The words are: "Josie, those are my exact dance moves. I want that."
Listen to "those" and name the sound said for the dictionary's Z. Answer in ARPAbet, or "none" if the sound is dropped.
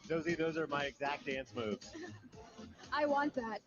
Z